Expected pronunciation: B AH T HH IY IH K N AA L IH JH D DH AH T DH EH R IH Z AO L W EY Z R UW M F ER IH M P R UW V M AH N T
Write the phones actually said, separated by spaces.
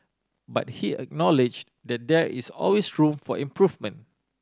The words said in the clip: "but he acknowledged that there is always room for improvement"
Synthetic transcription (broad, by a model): B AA T HH IY IH K N AA L IH JH D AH T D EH R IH S AO L W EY S R UW M F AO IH M P R UW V M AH N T